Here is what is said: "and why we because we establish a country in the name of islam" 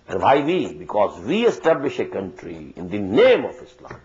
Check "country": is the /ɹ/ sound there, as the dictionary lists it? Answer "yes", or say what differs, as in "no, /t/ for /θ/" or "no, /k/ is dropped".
yes